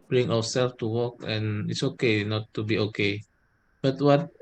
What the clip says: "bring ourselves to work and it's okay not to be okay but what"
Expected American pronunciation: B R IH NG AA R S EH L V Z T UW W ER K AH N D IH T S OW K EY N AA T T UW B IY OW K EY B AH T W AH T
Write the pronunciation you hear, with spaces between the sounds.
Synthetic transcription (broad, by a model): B R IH NG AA W S EH L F T UW W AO K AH N IH T S OW K EY N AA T T UW B IY OW K EY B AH T W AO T